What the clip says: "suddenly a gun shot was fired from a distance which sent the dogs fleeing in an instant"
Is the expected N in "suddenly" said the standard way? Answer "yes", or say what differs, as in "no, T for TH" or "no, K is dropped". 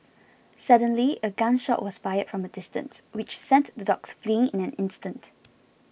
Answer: yes